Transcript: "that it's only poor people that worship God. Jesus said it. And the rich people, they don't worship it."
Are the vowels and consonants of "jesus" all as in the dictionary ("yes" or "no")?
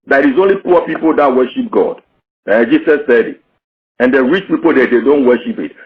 no